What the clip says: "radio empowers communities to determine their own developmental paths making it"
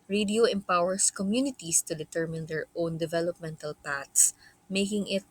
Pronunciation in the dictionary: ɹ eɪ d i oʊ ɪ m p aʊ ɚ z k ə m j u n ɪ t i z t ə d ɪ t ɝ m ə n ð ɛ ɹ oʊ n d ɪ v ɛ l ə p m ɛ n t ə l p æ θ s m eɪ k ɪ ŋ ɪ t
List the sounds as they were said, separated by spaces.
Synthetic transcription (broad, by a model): ɹ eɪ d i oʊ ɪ m p aʊ ɚ s k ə m j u n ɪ t i s t ə d ɪ t ɝ m ə n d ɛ ɹ oʊ n d ɪ v ɛ l ə p m ɛ n t ə l p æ t s m eɪ k ɪ ŋ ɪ t